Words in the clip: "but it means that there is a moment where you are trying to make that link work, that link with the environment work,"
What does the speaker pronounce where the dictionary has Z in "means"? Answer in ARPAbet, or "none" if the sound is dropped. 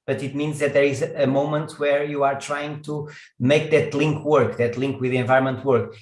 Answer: Z